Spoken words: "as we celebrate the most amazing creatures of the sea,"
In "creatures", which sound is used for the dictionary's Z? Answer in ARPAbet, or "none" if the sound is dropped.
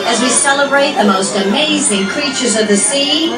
Z